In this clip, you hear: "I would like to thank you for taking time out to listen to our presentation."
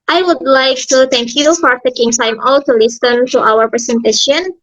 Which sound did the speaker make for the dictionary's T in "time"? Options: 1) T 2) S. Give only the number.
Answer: 2